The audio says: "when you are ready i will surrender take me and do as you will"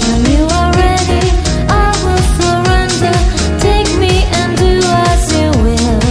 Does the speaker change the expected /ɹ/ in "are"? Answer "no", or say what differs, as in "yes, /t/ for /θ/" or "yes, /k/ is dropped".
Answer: yes, /l/ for /ɹ/